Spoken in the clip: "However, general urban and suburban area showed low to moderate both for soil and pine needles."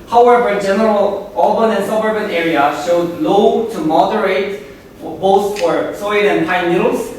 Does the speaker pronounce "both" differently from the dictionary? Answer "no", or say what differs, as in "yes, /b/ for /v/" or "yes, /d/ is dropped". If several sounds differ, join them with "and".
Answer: yes, /s/ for /θ/